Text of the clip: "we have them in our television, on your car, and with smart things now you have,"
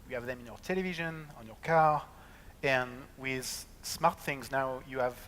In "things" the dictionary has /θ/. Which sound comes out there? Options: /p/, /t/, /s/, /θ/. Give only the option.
/θ/